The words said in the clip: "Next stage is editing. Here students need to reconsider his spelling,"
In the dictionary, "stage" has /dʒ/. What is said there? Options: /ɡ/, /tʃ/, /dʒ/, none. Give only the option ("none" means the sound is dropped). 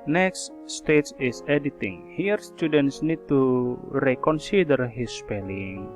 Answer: /tʃ/